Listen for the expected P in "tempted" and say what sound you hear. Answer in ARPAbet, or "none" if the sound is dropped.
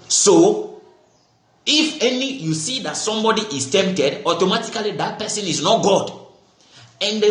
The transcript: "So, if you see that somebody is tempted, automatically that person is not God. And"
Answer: P